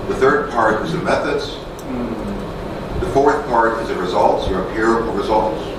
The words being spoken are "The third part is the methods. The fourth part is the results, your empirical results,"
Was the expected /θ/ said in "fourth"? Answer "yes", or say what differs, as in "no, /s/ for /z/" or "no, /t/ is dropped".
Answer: yes